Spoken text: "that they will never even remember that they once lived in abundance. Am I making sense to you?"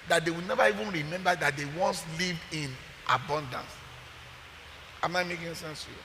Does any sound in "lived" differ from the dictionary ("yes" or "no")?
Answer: yes